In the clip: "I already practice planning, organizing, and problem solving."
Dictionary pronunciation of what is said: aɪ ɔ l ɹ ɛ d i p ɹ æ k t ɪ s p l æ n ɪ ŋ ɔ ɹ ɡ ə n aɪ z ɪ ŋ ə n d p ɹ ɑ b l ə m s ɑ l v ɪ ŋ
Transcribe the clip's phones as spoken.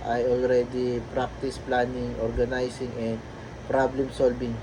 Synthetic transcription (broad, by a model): aɪ ɔ l ɹ ɛ d i p ɹ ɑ k t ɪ s p l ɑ n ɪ ŋ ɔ ɹ ɡ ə n aɪ s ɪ ŋ ə n d p ɹ ɑ b l ə m s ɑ l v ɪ ŋ